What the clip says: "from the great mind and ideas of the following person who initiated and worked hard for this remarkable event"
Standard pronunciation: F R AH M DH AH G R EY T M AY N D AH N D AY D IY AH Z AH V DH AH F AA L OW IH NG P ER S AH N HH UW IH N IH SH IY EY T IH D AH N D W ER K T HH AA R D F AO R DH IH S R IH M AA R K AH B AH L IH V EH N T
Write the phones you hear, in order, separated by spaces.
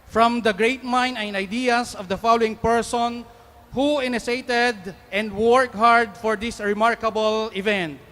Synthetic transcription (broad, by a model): F R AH M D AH G R EY T M AY N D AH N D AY D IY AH S AH V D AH F AA L OW IH NG P ER S AH N HH UW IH N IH S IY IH T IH D AH N D W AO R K HH AA R D F AO R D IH S R IH M AA R K AH B AH L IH V EH N T